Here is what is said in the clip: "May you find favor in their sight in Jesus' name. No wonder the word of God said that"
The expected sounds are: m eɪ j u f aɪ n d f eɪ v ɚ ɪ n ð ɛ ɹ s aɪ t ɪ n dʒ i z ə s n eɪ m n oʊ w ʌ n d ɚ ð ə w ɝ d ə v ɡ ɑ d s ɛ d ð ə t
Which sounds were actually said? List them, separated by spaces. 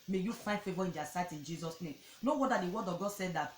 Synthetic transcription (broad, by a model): m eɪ j u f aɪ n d f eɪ v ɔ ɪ n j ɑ s aɪ t ɪ n dʒ i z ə s n eɪ m n oʊ w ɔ d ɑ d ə w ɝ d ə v ɡ ɑ d s ɛ d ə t